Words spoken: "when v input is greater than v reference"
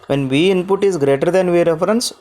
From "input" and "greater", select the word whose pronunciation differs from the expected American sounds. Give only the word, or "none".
none